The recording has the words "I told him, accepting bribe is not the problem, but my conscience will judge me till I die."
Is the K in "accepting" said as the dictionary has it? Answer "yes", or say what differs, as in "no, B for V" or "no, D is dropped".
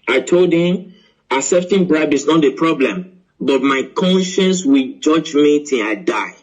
no, K is dropped